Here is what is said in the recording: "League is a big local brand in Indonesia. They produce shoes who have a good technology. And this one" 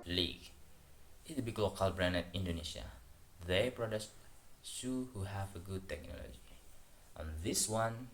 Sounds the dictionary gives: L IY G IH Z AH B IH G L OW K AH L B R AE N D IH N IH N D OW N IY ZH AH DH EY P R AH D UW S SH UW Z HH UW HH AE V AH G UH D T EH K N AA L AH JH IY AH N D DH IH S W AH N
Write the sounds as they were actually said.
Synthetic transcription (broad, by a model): L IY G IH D AH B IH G L OW K AH L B R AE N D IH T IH N D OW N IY SH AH DH EY P R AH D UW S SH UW HH UW HH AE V AH G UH D T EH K N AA L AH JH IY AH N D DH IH S W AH N